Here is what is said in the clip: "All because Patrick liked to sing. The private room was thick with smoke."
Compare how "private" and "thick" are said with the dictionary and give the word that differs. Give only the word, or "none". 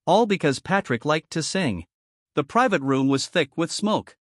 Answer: none